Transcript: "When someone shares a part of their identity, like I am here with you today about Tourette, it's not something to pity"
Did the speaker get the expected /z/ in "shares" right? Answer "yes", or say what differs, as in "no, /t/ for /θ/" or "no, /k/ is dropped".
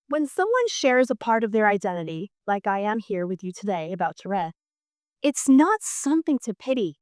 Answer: yes